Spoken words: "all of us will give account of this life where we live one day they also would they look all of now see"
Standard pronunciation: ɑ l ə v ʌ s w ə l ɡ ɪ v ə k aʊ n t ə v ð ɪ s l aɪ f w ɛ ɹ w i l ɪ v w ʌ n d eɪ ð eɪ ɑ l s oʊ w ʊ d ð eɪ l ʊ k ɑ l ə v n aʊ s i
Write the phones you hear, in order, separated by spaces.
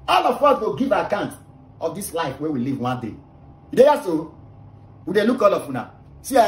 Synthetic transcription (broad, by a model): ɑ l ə f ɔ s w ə ɡ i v ə k aʊ n t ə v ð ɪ s l aɪ f w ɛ w i l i v w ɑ n d eɪ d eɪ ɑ s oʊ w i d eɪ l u k ɑ l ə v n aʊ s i